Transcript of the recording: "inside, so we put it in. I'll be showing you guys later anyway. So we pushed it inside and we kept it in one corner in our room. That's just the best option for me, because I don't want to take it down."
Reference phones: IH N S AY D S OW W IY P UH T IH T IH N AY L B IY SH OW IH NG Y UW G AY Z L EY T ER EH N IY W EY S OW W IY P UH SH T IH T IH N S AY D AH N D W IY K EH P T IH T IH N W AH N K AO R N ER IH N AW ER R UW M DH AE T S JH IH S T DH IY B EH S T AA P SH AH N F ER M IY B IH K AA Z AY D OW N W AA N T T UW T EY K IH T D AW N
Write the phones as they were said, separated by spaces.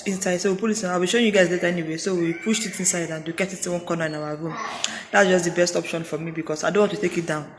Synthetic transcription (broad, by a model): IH N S AY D S OW W IY P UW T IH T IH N AY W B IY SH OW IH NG Y UW G AY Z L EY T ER EH N IY W EY S OW W IY P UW SH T IH T IH N S AY D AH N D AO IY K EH T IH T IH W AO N K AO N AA IH N AW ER R UW M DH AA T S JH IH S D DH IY B EH S T AA P SH AH N F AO M IY B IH K AA S AY D OW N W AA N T T UW T EY K IH T D AW N